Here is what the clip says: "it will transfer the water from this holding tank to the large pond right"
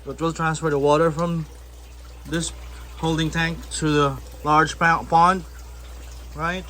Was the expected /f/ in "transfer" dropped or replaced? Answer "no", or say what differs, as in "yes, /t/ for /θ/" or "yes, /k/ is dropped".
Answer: no